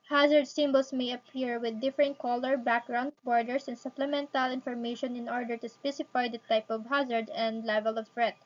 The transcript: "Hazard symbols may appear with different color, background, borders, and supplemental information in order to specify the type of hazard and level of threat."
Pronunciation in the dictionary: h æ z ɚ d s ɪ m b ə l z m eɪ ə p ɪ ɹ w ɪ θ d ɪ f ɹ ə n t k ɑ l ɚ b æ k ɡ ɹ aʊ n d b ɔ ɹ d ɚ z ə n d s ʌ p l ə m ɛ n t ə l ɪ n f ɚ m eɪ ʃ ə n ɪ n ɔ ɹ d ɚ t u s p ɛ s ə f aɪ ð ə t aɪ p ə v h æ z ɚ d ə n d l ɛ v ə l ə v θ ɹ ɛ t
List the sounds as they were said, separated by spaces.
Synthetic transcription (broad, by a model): h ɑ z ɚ d s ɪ m b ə l s m eɪ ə p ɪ ɹ w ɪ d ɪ f ɹ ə n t k ɑ l ɚ b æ k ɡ ɹ aʊ n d b ɔ ɹ d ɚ s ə n s ʌ p l ə m ɛ n t ə l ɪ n f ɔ m eɪ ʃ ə n ɪ n ɔ ɹ d ɚ t u s p ɛ s ə f aɪ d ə t aɪ p ə v h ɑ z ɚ d ə n d l ɛ v ə l ə v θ ɹ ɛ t